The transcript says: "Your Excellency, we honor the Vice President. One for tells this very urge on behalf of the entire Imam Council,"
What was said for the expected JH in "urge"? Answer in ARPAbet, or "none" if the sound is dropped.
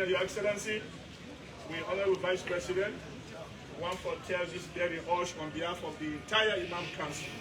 SH